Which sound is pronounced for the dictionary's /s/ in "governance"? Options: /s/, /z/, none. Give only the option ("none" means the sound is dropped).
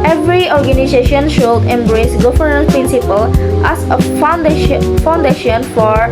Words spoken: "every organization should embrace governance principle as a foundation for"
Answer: none